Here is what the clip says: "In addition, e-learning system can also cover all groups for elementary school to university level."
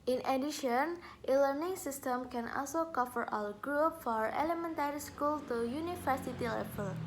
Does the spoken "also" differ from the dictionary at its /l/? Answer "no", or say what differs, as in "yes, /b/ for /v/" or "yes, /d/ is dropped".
no